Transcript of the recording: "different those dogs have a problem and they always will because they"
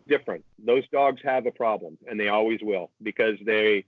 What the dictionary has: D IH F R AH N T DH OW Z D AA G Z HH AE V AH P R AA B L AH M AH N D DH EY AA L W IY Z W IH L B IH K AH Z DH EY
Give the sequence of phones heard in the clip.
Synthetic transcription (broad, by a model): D IH F R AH N T DH OW Z D AA G Z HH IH V AH P R AA B L AH M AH N DH EY AA L W IY Z W IH L B IH K AH Z DH EY